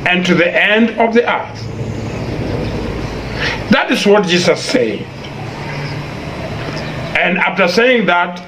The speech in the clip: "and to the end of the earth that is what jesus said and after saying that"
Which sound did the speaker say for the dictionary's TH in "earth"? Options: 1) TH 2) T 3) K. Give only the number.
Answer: 1